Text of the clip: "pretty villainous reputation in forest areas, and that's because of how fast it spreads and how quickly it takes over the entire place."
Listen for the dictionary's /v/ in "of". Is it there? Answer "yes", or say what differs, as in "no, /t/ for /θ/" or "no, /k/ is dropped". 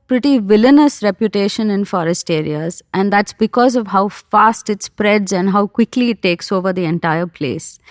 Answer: yes